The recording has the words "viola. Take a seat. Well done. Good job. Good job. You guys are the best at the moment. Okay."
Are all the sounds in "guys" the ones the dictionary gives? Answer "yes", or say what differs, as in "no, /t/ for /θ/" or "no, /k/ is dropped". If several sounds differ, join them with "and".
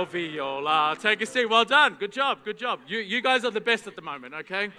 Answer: yes